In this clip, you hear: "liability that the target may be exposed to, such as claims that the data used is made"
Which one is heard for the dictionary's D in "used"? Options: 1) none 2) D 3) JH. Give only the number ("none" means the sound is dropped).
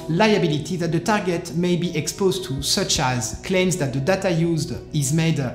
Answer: 2